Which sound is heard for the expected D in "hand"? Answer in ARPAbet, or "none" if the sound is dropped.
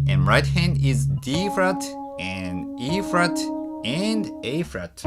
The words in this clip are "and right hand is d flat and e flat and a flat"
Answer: D